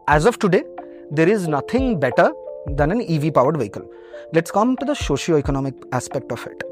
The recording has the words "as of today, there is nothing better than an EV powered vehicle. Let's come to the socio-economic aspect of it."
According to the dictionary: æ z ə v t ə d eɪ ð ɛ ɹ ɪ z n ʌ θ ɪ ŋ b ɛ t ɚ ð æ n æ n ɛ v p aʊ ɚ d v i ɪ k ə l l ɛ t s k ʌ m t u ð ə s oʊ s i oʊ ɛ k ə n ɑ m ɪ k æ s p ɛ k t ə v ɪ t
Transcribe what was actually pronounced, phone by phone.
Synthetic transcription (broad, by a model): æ z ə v t ə d eɪ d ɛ ɹ ɪ z n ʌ t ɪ ŋ b ɛ t ɚ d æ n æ n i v p aʊ ɚ d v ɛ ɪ k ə l l ɛ t s k ʌ m t u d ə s oʊ ʃ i oʊ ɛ k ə n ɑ m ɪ k æ s p ɛ k t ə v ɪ t